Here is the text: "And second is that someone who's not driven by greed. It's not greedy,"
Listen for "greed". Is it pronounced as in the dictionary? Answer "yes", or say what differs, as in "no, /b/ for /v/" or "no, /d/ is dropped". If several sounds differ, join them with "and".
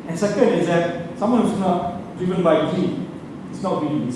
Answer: no, /d/ is dropped